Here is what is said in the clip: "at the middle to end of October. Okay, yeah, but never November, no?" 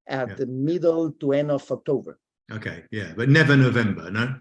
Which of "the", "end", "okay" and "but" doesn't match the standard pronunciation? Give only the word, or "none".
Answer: end